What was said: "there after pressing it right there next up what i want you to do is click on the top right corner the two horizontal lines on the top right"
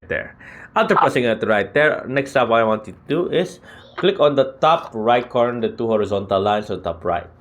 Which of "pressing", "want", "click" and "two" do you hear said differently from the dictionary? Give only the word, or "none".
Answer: pressing